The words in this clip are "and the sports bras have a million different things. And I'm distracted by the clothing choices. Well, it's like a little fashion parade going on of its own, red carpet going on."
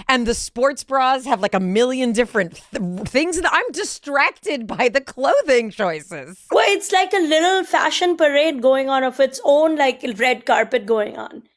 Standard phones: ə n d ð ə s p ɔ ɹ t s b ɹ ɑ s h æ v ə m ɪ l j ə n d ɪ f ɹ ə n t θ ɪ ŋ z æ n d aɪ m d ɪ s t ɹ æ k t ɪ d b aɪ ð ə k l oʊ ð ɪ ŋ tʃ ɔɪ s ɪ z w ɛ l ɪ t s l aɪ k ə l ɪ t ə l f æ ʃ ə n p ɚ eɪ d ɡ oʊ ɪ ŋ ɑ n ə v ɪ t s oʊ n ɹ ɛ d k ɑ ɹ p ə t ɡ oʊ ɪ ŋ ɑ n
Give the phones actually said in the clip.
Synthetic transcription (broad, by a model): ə n ð ə s p ɔ ɹ t s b ɹ ɑ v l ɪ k ə m ɪ l j ə n d ɪ f ɹ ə n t θ ɪ ŋ z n aɪ m d ɪ s t ɹ æ k t ɪ d b aɪ ð ə k l oʊ ð ɪ ŋ tʃ ɔɪ s ɪ z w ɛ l ɪ t s l aɪ k ə l ɪ t ə l f æ ʃ ə n p ɚ eɪ d ɡ oʊ ɪ ŋ ɑ n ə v ɪ t s oʊ n ɹ ɛ d k ɑ ɹ p ə t ɡ oʊ ɪ ŋ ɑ n